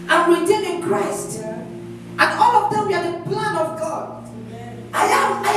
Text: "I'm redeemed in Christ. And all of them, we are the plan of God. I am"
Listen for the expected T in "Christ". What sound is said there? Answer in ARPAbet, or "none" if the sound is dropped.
T